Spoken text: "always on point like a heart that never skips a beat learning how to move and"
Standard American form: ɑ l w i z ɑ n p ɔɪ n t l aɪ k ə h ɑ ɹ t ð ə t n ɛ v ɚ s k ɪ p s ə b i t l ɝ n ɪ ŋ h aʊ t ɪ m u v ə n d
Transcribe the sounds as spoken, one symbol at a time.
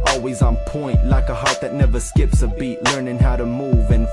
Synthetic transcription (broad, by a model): ɑ l w i z n p ɔɪ n t l aɪ k ə h ɑ ɹ t ð ə t n ɛ v ɚ s k ɪ p s ə b i t l ɝ n ɪ ŋ h aʊ t ɪ m u v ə n